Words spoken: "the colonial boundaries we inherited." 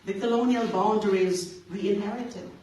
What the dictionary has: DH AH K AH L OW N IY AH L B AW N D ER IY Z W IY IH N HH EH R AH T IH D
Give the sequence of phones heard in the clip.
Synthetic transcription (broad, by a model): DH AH K AH L OW N IY AH L B AW N D ER IY Z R IY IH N HH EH R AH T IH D